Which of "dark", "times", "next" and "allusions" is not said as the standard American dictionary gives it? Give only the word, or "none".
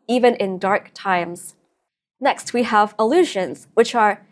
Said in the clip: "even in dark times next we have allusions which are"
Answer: none